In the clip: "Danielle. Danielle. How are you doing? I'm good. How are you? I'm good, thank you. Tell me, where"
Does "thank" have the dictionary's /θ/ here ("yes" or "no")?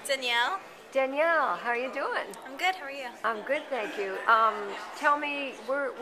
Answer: yes